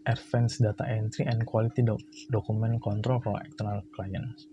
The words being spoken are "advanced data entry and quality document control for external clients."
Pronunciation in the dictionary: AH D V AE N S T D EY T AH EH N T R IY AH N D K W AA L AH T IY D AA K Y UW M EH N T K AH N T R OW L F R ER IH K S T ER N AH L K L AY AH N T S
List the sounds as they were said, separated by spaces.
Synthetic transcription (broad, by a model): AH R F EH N S D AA T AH EH N T R IY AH N K W AA L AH T IY D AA K UW M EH N K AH N T R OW L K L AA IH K T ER N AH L K L AY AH N S